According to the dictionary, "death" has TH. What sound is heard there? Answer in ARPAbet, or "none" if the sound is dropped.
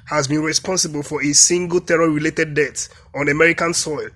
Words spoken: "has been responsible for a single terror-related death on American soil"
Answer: T